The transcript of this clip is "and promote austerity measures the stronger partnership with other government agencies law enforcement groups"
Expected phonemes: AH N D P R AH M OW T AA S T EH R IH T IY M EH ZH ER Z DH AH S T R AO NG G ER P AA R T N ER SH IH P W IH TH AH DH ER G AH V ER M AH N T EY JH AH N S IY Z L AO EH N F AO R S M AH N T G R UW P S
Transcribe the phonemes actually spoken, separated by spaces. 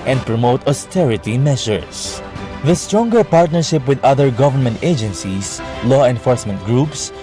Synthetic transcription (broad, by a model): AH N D P R AH M OW T AA S T EH R IH T IY M EH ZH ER S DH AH S T R AO NG G ER P AA R T N ER SH IH P W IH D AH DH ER G AH V ER M AH N T EY JH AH N S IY S L AO EH N F AO R S M AH N T G R UW P S